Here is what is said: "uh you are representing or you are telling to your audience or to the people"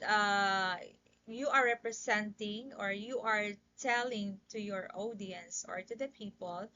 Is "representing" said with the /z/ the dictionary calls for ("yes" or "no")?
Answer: no